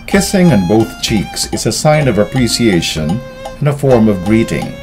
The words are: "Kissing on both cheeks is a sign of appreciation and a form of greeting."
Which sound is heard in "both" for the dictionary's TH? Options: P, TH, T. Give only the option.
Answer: TH